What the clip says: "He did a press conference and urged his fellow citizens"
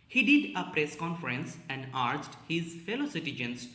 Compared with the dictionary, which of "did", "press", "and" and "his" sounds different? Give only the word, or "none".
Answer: none